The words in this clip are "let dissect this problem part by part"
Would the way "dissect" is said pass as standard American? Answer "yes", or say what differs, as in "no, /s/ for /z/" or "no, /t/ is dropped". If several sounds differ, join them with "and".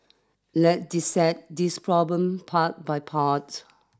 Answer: no, /k/ is dropped